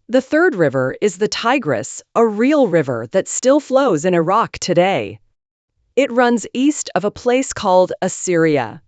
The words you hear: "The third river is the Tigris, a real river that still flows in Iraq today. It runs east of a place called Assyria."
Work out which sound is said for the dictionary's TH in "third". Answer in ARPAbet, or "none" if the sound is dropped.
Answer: TH